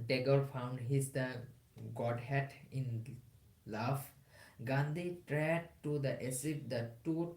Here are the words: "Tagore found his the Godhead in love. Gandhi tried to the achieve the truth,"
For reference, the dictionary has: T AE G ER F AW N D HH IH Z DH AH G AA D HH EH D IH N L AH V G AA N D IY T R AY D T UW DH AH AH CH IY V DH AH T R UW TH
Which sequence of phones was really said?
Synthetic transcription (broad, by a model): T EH G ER F AW N D HH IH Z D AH G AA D HH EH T IH N L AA F G AA N D IY T R AY D T UW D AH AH S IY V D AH T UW